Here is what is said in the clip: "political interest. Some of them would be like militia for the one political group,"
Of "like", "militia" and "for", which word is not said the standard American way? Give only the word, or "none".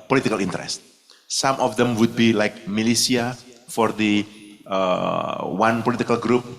militia